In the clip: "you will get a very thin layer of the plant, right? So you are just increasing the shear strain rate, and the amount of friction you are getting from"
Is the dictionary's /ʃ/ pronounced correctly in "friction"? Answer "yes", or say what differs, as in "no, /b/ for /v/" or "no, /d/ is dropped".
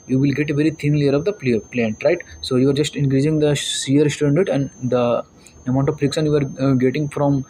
no, /s/ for /ʃ/